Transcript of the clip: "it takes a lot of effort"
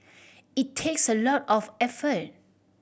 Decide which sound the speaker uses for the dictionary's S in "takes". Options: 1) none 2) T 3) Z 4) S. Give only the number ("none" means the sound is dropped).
4